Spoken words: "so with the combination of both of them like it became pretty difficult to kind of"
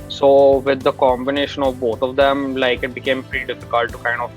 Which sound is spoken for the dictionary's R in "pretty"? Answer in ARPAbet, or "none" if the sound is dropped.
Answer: none